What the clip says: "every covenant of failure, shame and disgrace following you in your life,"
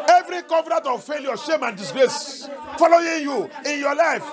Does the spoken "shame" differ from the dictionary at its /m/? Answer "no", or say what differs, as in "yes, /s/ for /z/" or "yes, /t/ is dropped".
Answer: no